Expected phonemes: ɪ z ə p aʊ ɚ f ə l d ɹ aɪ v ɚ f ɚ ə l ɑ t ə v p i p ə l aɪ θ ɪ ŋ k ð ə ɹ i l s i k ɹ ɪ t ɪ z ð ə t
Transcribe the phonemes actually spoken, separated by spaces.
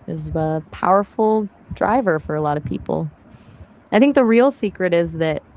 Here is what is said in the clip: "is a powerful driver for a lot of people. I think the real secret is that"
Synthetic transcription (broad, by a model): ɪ z ə p aʊ ɚ f l d ɹ aɪ v ɚ f ɚ ə l ɑ t ə v p i p l aɪ θ ɪ ŋ k ð ə ɹ i l s i k ɹ ɪ t ɪ z ð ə t